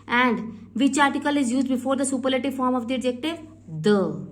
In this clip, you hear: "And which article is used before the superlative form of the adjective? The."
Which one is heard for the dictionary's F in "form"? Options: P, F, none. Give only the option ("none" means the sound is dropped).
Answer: F